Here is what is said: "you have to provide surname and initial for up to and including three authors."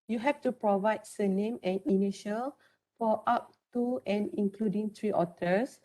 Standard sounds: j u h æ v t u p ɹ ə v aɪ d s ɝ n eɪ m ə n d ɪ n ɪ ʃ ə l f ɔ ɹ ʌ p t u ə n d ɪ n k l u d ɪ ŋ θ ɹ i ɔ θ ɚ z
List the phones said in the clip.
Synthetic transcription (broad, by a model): j u h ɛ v t u p ɹ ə v aɪ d s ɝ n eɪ m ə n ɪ n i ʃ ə l f ɔ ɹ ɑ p t u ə n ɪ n k l u d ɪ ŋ t ɹ i ɔ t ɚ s